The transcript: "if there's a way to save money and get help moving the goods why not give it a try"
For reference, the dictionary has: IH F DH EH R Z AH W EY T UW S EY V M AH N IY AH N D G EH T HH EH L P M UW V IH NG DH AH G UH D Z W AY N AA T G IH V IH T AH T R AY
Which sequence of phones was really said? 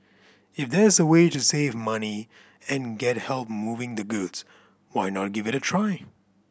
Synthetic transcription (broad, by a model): IH F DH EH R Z AH W EY T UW S EY V M AH N IY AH N G EH T HH EH L P M UW V IH NG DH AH G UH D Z W AY N AA T G IH V IH T AH T R AY